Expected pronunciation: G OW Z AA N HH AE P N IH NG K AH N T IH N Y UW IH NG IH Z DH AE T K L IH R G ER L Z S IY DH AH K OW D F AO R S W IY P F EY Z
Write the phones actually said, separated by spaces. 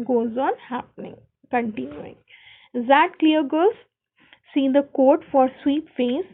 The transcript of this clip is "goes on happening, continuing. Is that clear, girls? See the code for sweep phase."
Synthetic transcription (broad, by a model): G OW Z AA N HH AE P N IH NG K AH N T IH N Y UW IH NG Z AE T K L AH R G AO Z S IY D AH K OW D F AO R S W IY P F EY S